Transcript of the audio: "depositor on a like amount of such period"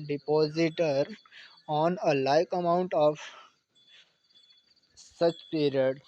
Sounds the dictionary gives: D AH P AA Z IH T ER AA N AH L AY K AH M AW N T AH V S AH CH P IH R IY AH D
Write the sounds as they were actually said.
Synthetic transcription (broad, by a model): D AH P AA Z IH T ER AA N AH L AY K AH M AW N T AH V S AH CH P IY R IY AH D